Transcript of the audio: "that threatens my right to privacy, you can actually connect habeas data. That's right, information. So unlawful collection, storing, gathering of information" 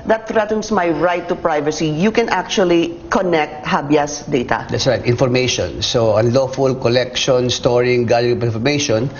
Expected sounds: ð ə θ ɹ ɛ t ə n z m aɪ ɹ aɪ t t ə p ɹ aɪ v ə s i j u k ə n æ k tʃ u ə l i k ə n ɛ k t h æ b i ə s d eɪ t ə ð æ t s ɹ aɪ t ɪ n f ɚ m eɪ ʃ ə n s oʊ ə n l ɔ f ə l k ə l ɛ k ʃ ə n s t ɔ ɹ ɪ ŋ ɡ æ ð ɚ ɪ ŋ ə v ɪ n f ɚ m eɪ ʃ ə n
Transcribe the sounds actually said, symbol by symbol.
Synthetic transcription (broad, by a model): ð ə t ɹ ɛ t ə n s m aɪ ɹ aɪ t t ə p ɹ aɪ v ə s i j u k ə n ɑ k tʃ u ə l i k ə n ɛ k t h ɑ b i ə s d eɪ t ə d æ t s ɹ aɪ t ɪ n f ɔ m eɪ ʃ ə n s oʊ ə n l ɔ f ə l k ə l ɛ k ʃ ə n s t ɔ ɹ ɪ ŋ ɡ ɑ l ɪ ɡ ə p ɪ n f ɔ m eɪ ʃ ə n